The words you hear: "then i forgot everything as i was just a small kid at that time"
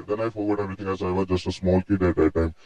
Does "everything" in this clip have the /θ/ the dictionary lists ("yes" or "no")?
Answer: no